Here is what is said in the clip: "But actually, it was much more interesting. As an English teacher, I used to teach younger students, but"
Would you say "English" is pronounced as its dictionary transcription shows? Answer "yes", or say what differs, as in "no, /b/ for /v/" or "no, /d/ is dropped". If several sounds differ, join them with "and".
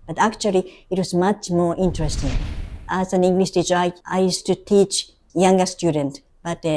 no, /s/ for /ʃ/